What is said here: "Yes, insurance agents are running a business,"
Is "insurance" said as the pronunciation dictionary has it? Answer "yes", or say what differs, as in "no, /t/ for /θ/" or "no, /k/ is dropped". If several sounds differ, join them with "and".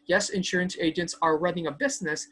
yes